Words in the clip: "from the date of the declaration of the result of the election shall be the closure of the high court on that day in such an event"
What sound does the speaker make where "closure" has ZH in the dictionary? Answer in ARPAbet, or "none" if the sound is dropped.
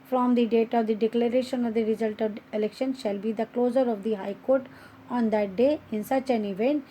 Z